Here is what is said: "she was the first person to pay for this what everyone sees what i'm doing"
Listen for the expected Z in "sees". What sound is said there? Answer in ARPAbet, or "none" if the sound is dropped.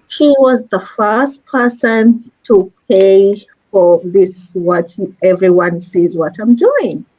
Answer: Z